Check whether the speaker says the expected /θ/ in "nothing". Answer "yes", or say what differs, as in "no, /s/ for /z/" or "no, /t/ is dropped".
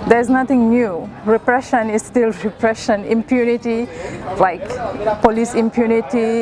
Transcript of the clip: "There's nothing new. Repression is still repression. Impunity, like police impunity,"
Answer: no, /t/ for /θ/